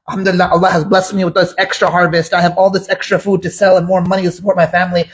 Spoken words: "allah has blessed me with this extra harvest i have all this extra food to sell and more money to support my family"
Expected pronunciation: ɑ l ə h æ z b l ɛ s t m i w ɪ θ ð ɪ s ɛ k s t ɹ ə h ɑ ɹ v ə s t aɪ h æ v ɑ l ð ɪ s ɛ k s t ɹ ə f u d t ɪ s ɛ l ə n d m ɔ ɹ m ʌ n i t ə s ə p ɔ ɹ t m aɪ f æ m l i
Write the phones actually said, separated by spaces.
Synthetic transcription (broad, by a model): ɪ l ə h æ z b l ɛ s t m i w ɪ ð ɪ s ɛ k s t ɹ ə h ɑ ɹ v ə s t aɪ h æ v ɑ l ð ɪ s ɛ k s t ɹ ə f u d t ɪ s ɛ l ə n m ɔ ɹ m ʌ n i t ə s ə p ɔ ɹ t m aɪ f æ m l i